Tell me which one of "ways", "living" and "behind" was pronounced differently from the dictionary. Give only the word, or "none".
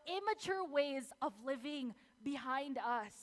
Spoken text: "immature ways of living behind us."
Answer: none